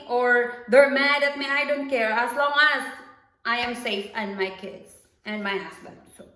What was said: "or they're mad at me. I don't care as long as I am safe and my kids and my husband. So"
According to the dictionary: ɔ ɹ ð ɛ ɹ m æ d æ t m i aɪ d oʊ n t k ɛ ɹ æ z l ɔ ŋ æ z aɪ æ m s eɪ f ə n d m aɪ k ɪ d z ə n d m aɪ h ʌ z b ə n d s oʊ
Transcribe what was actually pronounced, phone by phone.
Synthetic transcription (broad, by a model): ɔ ɹ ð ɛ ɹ m æ d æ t m i aɪ d oʊ n t k ɛ ɹ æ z l ɔ ŋ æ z aɪ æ m s eɪ f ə n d m aɪ k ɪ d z ə n d m aɪ h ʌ s b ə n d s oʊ